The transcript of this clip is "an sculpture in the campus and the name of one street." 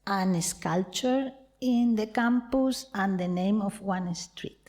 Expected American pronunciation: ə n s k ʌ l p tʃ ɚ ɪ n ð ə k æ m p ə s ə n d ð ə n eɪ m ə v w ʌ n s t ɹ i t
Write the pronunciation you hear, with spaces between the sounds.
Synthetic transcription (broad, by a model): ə n s k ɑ l tʃ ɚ ɪ n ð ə k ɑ m p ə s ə n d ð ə n eɪ m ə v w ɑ n s t ɹ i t